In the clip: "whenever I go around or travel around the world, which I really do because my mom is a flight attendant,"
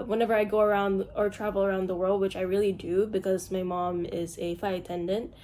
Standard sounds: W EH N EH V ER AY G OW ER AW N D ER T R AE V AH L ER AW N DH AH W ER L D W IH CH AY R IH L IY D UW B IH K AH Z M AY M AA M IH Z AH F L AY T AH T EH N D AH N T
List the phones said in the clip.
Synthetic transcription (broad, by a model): W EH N EH V ER AY G OW ER AW N D ER T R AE V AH L ER AW N DH AH W ER L D W IH CH AY R IH L IY D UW B IH K AH Z M AY M AA M IH Z AH F AY AH T EH N D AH N T